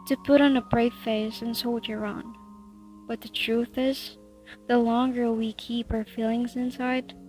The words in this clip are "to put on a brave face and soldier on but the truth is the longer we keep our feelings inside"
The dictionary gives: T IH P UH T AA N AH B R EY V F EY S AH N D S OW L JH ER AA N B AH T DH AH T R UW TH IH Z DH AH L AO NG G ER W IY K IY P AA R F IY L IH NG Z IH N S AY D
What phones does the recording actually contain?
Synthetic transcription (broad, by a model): T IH P UH T N AH B R EY V F EY S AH N S OW L JH ER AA N B AH T DH AH T R UW TH IH Z DH AH L AO NG G ER W IY K IY P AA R F IY L IH NG Z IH N S AY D